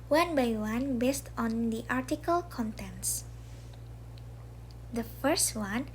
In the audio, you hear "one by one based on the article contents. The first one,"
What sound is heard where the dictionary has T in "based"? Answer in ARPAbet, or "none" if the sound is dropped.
T